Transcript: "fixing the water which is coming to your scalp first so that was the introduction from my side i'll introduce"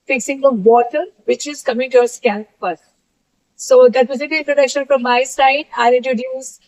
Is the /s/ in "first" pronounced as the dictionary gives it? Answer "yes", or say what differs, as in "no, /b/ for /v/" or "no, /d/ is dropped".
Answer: no, /s/ is dropped